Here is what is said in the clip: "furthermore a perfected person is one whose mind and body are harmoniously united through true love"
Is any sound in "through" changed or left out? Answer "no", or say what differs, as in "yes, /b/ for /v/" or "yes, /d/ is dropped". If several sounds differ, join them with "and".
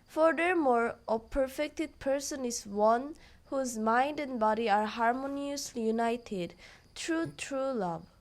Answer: yes, /t/ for /θ/